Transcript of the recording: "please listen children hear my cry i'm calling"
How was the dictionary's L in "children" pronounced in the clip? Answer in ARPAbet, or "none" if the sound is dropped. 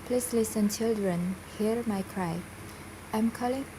L